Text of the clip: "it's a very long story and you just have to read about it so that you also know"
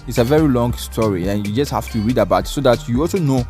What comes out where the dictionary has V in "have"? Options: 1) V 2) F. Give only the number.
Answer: 2